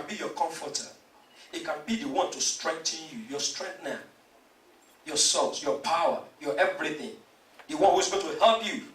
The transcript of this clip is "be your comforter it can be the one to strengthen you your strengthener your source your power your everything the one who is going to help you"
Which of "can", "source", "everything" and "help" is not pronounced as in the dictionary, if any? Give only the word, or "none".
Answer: source